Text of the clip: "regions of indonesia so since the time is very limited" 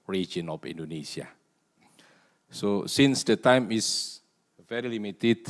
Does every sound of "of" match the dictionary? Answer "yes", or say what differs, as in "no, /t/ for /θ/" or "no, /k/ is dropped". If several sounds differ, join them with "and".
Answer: no, /f/ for /v/